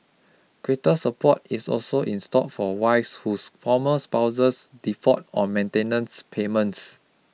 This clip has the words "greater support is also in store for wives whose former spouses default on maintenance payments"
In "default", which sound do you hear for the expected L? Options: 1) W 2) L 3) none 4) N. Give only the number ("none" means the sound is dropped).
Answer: 3